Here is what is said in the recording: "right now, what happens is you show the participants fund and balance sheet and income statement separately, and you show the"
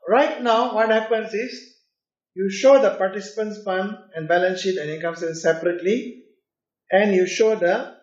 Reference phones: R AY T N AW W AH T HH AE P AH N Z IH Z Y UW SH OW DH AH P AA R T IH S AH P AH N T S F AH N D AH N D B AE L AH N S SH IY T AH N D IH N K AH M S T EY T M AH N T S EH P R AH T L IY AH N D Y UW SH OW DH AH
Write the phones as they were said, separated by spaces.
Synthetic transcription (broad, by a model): R AY T N AW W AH T HH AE P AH N S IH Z Y UW SH OW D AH P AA R T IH S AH P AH N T S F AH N AH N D B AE L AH N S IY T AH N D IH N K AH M S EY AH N S EH P R AH T L IY AH N D Y UW SH OW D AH